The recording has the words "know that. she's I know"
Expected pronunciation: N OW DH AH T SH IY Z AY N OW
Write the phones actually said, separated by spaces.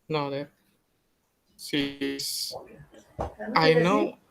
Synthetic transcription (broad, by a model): N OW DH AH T S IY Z AY N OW